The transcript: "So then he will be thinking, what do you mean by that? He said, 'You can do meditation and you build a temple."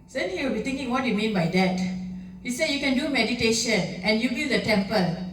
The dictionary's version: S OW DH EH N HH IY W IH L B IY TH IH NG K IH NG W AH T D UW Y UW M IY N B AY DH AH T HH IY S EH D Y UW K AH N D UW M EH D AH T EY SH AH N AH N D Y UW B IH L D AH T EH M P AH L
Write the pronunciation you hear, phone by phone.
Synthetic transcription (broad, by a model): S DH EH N HH IY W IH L B IY T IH NG K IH NG W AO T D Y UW M IY N B AY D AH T HH IY S EH D Y UW K AH N D UW M EH D AH T EY SH AH N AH N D Y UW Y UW D AH T EH M P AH L